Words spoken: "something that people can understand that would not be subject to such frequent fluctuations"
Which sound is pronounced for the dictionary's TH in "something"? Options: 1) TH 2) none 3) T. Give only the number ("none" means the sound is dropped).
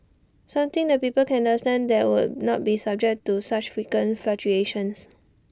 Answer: 3